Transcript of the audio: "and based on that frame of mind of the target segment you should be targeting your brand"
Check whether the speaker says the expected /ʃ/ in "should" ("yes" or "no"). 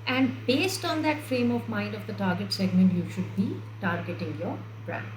yes